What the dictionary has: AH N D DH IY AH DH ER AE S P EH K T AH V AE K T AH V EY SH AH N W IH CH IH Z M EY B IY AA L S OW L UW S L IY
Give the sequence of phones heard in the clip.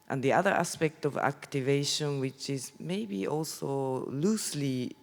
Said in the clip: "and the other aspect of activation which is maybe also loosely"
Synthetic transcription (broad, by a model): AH N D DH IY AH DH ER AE S P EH K T AH V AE K T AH V EY SH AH N W IH CH IH Z M EY B IY AA L S OW L UW S L IY